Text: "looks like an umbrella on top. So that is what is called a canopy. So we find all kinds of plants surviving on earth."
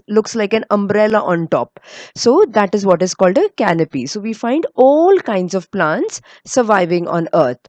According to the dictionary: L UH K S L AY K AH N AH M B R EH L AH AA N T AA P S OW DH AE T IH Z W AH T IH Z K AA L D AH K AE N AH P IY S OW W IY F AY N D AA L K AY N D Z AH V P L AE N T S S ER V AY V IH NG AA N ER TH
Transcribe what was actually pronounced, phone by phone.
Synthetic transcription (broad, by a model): L UH K S L AY K AH N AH M B R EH L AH AA N T AA P S OW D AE T IH Z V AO T IH Z K AA L D AH K AE N AH P IY S OW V IY F AY N D AA L K AY N D Z AH V P L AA N T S S ER V AY V IH NG AA N ER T